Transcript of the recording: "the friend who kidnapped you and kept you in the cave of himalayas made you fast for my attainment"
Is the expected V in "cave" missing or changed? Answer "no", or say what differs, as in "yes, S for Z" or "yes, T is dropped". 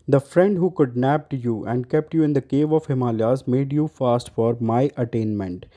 no